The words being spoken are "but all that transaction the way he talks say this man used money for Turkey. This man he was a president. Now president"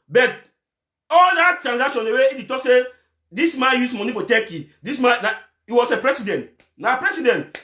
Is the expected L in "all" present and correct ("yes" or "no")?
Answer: yes